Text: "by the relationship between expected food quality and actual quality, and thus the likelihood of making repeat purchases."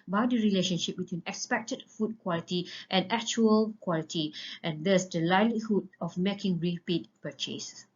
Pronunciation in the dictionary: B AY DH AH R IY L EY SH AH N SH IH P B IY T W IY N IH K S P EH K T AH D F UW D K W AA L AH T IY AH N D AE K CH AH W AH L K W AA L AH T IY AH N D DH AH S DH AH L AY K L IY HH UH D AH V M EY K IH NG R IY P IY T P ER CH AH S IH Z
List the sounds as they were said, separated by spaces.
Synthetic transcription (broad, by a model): B AY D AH R IY L EY SH AH N SH IH P B IY T W IY N IH K S P EH K T AH D F UW D K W AA L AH T IY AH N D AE K CH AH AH L K W AA L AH T IY AH N D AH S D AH L AY L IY HH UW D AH F M EY K IH NG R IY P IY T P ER CH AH S